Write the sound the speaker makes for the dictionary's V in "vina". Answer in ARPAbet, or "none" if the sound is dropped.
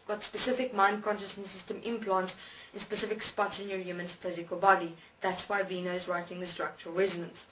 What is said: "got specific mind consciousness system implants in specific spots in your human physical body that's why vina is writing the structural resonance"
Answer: V